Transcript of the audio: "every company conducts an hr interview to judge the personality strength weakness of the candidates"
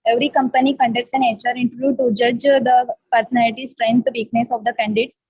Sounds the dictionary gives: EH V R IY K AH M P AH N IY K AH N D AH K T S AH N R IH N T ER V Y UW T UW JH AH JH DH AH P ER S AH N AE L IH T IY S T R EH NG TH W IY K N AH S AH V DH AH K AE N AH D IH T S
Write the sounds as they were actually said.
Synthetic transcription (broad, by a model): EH V R IY K AH M P AH N IY K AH N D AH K T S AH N R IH N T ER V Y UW T UW JH AH JH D AH P ER S AH N AE L IH T IY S T R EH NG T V IY K N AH S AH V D AH K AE N D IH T S